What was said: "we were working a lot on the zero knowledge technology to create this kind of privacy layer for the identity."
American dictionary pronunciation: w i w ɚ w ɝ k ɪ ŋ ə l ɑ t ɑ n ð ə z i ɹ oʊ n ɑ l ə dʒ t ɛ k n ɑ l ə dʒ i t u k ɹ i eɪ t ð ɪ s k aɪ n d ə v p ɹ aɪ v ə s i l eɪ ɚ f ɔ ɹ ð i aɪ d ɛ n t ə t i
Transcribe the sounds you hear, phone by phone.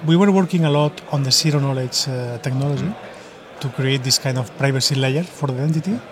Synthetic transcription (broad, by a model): w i w ɚ w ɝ k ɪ ŋ ə l ɑ t ɑ n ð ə s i ɹ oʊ n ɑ l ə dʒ t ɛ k n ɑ l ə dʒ i t u k ɹ i eɪ t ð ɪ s k aɪ n d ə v p ɹ aɪ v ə s i l eɪ ɚ f ɔ ɹ ð i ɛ n t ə t i